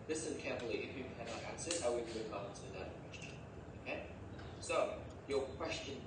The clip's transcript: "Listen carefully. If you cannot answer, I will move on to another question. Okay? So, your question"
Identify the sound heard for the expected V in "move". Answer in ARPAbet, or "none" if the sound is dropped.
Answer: none